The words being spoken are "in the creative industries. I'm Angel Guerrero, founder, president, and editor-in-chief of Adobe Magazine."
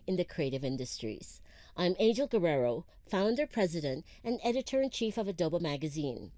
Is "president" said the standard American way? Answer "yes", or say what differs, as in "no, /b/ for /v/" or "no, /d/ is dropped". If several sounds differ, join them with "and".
yes